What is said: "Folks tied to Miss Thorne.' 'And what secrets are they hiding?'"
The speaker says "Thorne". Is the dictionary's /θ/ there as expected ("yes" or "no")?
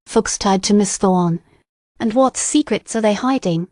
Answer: yes